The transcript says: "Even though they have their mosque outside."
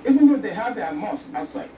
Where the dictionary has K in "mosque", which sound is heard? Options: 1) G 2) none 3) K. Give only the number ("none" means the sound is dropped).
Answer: 2